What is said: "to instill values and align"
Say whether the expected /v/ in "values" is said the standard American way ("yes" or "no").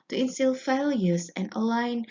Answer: no